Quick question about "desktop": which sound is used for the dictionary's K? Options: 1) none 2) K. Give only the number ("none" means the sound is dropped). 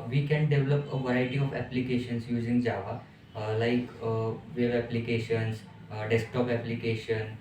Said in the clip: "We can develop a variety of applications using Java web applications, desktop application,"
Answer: 2